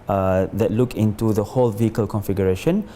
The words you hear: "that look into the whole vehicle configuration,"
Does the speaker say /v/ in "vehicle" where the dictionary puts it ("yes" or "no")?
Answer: yes